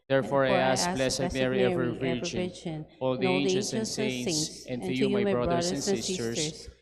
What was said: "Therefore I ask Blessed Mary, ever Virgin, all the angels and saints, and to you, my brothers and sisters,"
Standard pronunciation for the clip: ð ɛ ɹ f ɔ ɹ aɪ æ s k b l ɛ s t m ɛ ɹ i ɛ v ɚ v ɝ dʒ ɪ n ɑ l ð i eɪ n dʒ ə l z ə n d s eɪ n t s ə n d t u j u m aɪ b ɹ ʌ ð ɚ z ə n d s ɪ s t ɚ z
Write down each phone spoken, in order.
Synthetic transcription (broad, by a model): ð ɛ ɹ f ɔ ɹ aɪ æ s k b l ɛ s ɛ m ɛ ɹ i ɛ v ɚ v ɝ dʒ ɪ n ɑ l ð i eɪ dʒ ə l s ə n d s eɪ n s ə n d t u j u m aɪ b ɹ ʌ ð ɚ ə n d s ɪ s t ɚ